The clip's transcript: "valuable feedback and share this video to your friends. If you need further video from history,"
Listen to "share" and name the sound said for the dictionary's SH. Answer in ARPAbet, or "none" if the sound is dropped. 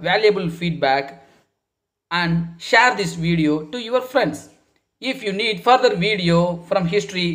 SH